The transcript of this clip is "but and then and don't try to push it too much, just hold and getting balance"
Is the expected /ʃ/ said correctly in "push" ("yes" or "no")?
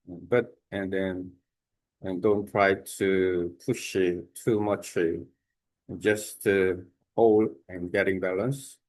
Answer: yes